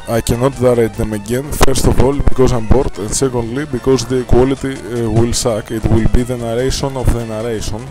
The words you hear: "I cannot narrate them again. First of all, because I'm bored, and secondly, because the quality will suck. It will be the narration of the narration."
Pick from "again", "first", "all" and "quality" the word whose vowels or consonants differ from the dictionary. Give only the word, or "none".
none